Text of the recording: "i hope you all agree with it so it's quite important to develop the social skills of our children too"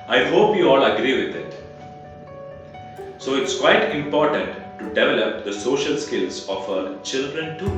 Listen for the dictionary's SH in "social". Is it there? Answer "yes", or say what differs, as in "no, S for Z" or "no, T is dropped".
yes